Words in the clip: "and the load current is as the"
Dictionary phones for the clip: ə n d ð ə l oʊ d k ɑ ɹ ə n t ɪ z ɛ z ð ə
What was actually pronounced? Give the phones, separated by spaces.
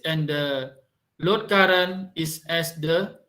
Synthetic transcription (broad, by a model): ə n d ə l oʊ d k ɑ ɹ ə n ɪ s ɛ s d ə